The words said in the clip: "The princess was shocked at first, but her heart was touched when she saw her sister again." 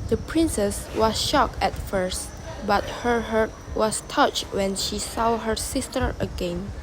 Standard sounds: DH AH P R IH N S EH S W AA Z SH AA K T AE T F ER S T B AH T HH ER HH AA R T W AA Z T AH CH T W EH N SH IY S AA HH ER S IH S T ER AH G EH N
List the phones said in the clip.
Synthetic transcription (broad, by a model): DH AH P R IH N S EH S W AA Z SH AA K EH T F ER S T B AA T HH ER HH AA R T W AA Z T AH CH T W EH N SH IY S AA HH ER S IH S T ER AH G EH N